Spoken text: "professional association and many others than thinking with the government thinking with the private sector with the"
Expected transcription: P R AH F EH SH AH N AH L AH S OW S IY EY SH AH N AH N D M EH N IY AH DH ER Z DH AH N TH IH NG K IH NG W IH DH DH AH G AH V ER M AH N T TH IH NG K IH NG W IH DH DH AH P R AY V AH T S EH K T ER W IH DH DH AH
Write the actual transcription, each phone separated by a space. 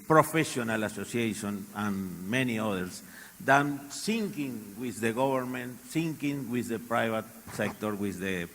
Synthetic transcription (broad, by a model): P R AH F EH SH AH N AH L AH S OW S IY EY SH AH N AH N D M EH N IY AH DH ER S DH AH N S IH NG K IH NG W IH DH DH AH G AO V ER M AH N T S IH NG K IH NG W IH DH DH AH P R AY V AH T S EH K T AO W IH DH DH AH